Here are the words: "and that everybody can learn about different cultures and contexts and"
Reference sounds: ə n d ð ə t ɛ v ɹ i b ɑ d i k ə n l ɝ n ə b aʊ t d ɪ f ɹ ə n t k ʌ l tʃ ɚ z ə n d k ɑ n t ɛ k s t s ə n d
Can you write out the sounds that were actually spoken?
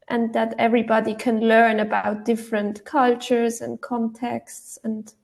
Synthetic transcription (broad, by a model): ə n ð ə t ɛ v ɹ i b ɑ d i k ə n l ɝ n ə b aʊ t d ɪ f ɹ ə n t k ʌ l tʃ ɚ z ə n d k ɑ n t ɛ k s t s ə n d